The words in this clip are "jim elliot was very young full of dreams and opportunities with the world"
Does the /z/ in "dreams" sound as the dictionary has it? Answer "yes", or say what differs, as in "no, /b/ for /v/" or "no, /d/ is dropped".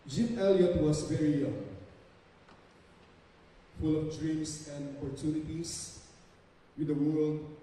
no, /s/ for /z/